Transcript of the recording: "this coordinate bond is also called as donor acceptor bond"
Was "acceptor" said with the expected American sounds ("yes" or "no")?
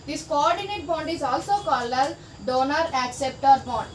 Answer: yes